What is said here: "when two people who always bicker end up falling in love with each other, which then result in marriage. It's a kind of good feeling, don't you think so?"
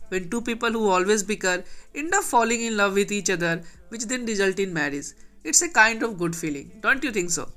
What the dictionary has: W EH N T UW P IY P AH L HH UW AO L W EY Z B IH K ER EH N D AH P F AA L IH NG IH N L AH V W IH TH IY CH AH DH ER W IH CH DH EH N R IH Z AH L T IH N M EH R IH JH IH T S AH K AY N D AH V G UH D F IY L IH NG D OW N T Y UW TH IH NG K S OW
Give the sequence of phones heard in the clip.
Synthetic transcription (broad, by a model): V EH N T UW P IY P AH L HH UW AO L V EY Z B IH K ER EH N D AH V F AA L IH NG IH N L AH V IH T IY CH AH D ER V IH CH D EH N R IH Z AH L T IH N M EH R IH Z IH T S AH K AY N D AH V G UH D F IY L IH NG D OW N T Y UW T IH NG K S OW